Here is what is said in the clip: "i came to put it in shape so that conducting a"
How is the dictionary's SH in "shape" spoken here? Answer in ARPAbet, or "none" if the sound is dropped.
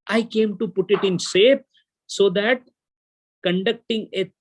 S